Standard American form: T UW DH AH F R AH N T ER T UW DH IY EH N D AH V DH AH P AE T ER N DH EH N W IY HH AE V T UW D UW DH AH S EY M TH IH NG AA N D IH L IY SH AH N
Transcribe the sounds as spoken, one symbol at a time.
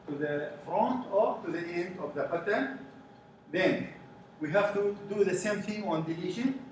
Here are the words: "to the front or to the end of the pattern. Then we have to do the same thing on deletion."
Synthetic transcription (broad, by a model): T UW DH AH F R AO N T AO T UW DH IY EH N D AH V DH AH B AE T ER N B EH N W IY HH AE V T UW D UW DH AH S EY M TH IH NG AA N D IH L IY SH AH N